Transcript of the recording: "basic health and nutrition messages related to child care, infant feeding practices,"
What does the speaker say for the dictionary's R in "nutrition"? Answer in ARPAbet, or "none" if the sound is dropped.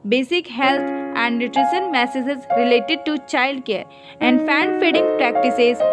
R